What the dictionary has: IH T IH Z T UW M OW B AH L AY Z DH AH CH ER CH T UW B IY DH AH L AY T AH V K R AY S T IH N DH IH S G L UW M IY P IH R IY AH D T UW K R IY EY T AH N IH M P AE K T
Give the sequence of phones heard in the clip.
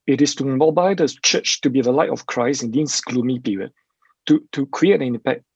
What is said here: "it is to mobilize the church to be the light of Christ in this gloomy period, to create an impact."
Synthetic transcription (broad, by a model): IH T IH S T UW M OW B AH IH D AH CH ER CH T UW B IY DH AH L AY T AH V K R AY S IH N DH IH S G L UW M IY P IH R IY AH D T UW K R IY EY T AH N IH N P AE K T